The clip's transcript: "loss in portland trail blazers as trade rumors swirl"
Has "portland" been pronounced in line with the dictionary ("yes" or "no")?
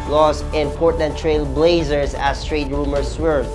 no